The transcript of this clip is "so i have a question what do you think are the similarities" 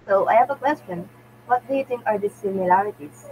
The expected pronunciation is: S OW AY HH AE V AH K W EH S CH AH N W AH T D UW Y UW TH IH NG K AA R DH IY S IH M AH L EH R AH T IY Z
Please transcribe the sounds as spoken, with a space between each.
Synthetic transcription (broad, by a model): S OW AY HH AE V AH K W EH S CH AH N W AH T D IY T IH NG AA R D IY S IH M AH L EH R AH T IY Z